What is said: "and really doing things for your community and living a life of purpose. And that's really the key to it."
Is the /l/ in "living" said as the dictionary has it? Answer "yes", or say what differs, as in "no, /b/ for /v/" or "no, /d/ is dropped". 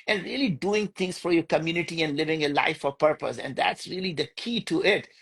yes